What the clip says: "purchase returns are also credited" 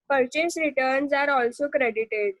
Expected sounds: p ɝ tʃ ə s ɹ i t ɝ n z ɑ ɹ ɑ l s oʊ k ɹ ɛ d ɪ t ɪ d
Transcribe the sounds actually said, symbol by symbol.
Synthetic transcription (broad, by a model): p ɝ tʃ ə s ɹ i t ɝ n z ɑ ɹ ɑ l s oʊ k ɹ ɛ d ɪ t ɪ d